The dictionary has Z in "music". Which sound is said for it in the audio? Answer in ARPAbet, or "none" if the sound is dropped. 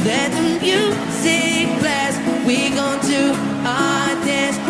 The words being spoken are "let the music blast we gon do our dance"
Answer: S